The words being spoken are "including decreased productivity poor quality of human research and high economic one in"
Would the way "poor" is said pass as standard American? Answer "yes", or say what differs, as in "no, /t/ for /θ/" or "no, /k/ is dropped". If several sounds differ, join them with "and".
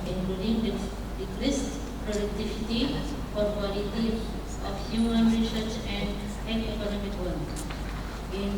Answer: no, /f/ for /p/